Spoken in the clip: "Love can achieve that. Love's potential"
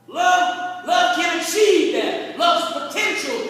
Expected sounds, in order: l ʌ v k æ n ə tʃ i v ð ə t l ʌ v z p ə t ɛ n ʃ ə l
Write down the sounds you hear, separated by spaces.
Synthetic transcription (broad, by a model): l ʌ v k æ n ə s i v ð ə t l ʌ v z p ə t ɛ n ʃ l